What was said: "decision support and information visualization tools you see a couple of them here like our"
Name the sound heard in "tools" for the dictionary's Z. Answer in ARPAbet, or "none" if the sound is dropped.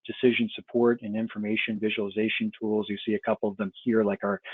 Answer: Z